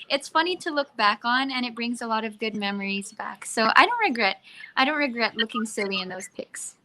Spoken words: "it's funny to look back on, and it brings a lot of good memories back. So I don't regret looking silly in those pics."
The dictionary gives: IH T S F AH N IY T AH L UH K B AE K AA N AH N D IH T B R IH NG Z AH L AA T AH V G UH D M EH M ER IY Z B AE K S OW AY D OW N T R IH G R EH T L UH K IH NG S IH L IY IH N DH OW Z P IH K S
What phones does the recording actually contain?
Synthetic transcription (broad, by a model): IH T S F AH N IY T AH L UH K B AE K N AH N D IH T B R IH NG Z AH L AA T AH V G UH D M EH M ER IY Z B AE K S OW AY D OW N T R IH G R EH T L UH K IH NG S IH L IY IH N DH OW Z P IH K S